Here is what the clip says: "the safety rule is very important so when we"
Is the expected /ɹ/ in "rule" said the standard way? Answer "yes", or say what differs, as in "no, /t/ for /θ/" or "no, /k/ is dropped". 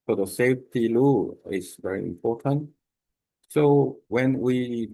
no, /l/ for /ɹ/